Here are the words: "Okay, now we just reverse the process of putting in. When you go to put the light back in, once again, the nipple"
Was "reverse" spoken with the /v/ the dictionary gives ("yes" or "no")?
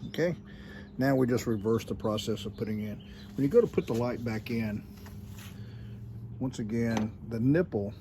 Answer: yes